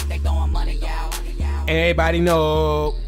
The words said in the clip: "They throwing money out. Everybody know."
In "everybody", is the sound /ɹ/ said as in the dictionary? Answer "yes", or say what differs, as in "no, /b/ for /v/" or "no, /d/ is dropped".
no, /ɹ/ is dropped